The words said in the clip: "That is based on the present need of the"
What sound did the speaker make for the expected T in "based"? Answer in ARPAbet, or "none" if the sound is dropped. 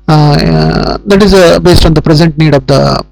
T